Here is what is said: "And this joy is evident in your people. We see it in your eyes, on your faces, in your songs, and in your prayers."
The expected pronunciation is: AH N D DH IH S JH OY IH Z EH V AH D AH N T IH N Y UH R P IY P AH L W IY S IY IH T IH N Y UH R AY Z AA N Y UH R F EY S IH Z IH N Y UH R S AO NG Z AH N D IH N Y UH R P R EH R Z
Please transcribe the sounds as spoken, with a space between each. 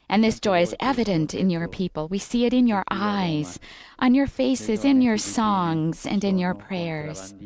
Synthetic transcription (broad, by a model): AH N DH IH S JH OY IH Z EH V AH D AH N T IH N Y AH R P IY P AH L W IY S IY IH T IH N Y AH R AY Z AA N Y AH R F EY S IH Z IH N Y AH R S AO NG Z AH N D IH N Y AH R P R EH R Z